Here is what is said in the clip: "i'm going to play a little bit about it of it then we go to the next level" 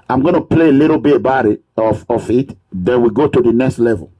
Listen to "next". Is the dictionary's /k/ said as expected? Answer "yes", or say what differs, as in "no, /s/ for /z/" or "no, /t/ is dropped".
yes